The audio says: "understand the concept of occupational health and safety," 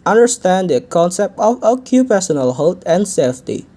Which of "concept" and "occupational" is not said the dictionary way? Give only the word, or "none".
occupational